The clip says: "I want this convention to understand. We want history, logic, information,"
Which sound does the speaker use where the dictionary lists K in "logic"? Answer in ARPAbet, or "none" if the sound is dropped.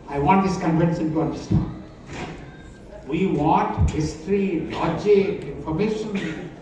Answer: none